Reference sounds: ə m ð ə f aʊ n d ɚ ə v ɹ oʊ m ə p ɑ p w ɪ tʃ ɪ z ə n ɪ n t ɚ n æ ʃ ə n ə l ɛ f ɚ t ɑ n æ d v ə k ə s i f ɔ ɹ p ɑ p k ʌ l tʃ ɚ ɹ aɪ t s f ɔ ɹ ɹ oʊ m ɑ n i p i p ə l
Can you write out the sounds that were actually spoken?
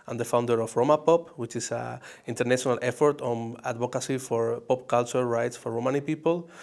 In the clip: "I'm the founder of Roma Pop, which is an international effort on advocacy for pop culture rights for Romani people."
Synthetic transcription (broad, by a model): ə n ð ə f aʊ n d ɚ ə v ɹ oʊ m ə p ɑ p w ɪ tʃ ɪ s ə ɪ n t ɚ n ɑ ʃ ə n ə l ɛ f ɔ t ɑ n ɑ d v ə k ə s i f ɔ ɹ p ɑ p k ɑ l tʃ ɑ ɹ aɪ t s f ɔ ɹ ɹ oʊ m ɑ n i p i p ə l